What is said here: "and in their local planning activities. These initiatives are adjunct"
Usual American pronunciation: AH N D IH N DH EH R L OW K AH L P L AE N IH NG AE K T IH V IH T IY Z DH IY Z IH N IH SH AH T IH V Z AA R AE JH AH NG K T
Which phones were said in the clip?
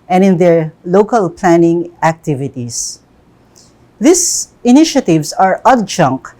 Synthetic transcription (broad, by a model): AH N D IH N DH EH R L OW K AH L P L AE N IH NG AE K T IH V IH T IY S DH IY S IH N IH SH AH T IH V S AA R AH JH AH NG K